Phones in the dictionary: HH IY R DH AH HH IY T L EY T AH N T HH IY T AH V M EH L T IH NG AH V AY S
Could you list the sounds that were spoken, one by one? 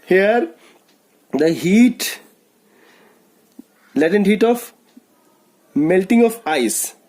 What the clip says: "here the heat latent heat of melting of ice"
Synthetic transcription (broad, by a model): HH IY R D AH HH IY T L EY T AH N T HH IY T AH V M EH L T IH NG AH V AY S